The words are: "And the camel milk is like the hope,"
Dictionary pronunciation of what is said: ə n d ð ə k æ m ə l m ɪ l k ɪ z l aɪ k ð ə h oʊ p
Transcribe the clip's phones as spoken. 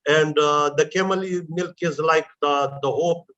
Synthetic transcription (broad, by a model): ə n d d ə k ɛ m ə l m ɪ l k ɪ z l aɪ k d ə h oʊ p